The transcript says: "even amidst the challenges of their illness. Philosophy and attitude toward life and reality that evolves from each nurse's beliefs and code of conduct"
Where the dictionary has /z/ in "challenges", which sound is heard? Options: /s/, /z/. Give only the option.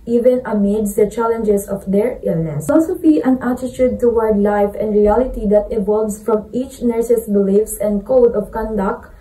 /s/